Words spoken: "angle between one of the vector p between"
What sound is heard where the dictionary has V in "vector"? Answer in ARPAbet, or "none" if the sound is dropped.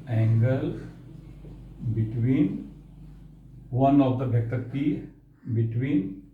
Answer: B